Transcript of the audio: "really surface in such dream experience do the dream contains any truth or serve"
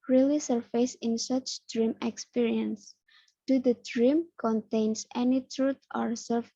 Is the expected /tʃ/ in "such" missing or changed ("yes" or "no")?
no